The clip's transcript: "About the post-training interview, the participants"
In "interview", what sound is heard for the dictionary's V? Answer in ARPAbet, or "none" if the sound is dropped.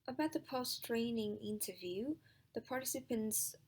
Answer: V